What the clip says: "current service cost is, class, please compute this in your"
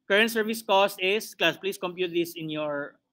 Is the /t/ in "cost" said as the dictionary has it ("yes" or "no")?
yes